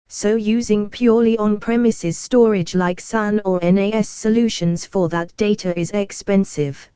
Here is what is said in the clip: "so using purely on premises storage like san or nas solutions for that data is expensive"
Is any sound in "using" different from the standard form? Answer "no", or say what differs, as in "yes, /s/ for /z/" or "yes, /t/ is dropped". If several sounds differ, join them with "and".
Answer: no